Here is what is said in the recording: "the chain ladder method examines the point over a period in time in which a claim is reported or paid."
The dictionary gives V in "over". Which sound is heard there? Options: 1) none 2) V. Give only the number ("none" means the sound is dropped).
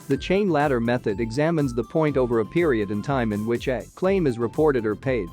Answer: 2